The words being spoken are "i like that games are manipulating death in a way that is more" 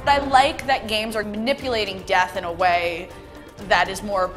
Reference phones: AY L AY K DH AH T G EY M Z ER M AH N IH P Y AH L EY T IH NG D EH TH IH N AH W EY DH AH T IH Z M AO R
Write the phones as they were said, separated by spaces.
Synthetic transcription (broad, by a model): AY L AY K DH AH T G EY M Z ER M AH N IH P Y AH L EY T IH NG D EH TH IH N AH W EY DH AH T IH Z M AO R